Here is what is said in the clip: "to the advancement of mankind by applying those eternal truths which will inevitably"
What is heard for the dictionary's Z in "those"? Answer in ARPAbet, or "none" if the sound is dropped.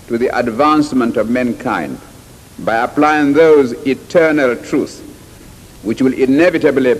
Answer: Z